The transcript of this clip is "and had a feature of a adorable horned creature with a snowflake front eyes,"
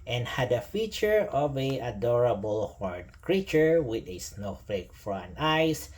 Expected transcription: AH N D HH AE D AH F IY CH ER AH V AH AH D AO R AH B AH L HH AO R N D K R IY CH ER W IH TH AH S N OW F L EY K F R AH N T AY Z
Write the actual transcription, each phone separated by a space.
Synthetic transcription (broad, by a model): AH N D HH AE D AH F IY CH ER AH V AH AH D AO R AH B AH L HH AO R D K R IY CH ER W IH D AH S N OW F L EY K F R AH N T AY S